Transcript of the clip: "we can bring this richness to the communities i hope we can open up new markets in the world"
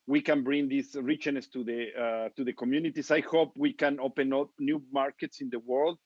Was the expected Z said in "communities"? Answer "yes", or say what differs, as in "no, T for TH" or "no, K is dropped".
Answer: no, S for Z